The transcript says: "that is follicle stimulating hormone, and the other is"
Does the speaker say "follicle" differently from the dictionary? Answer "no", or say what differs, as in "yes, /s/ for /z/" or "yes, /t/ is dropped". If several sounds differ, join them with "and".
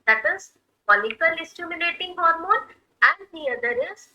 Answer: yes, /p/ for /f/